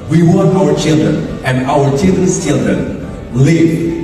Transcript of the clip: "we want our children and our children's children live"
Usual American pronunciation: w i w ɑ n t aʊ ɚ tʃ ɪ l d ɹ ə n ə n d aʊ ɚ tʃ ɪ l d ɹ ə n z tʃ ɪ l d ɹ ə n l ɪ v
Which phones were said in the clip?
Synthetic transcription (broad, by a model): w i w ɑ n aʊ ɚ tʃ ɪ l d ɹ ə n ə n aʊ ɚ tʃ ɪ l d ɹ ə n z tʃ ɪ l d ɹ ə n l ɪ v